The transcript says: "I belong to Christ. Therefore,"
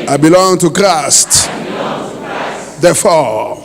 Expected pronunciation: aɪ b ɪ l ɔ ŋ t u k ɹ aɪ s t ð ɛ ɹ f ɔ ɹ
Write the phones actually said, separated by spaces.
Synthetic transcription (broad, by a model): aɪ b ɪ l ɔ ŋ t u k ɹ aɪ s t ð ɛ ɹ f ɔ